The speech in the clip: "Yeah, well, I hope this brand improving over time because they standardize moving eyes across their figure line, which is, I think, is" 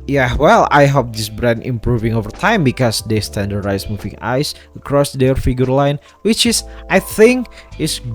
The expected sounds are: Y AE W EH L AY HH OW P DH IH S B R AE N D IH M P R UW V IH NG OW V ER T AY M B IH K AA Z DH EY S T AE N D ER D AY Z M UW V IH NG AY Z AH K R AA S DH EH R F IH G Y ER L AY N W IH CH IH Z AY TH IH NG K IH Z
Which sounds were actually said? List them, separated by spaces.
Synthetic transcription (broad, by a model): Y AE W EH L AY HH OW P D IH S B R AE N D IH M P R UW V IH NG OW V ER T AY M B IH K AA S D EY S T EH N D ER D AY S M UW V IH NG AY S AH K R AA S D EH R F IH G Y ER L AY N W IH CH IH S AY TH IH NG K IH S